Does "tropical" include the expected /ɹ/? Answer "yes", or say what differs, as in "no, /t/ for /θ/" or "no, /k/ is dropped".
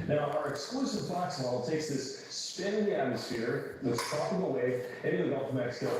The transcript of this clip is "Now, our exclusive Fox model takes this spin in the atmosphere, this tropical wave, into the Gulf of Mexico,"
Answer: no, /ɹ/ is dropped